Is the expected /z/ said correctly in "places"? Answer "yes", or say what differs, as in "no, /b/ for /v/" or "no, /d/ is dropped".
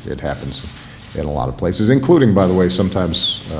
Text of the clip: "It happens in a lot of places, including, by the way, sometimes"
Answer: yes